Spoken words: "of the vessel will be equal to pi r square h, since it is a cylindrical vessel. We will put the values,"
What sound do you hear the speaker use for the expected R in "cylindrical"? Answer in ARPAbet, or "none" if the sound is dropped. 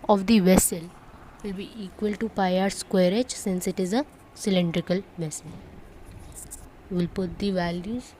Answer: R